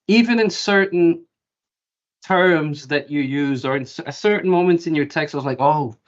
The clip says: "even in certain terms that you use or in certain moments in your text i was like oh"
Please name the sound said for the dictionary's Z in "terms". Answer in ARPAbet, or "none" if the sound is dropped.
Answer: Z